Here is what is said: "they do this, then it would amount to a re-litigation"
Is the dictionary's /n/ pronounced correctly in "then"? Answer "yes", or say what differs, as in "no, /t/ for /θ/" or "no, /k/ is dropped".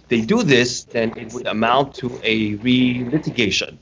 yes